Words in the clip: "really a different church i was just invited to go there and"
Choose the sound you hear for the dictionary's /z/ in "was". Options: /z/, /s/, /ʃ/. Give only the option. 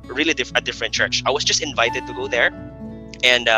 /s/